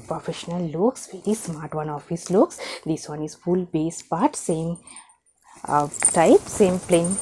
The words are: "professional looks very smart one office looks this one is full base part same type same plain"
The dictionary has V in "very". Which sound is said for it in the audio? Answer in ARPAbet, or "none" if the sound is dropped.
V